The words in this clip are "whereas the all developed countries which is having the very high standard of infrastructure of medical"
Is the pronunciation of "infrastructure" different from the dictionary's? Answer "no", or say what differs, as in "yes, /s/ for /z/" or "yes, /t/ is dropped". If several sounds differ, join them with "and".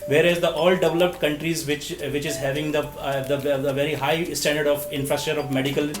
yes, /k/ is dropped